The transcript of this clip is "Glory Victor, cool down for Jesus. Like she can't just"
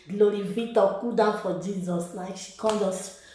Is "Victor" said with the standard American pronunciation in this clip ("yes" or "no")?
no